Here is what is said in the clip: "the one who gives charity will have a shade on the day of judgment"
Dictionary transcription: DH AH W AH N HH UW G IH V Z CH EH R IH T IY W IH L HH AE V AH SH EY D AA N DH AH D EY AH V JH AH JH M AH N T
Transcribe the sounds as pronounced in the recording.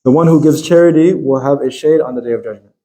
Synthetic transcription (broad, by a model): DH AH W AH N HH UW G IH V Z CH EH R IH T IY W IH L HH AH V AH SH EY D N DH AH D EY AH V JH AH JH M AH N